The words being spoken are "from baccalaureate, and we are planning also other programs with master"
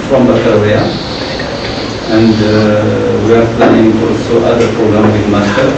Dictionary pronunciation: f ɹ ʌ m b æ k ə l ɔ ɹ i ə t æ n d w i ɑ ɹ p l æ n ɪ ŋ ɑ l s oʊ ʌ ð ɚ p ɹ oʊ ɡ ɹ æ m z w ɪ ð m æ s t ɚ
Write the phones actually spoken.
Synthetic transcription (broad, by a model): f ɹ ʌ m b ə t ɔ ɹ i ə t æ n d w i ɑ ɹ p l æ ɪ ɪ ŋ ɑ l s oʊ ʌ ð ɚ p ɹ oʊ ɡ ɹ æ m w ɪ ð m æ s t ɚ